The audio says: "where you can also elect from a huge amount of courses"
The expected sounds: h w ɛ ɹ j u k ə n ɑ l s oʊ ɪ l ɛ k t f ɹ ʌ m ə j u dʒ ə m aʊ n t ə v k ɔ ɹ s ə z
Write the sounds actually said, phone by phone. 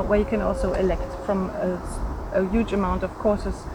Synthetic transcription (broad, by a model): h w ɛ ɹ j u k ə n ɑ l s oʊ ɪ l ɛ k t f ɹ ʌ m ə j u dʒ ə m aʊ n t ə v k ɔ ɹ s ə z